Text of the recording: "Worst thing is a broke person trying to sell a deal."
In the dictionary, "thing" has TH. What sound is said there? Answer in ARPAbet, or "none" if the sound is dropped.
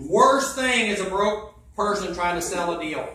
TH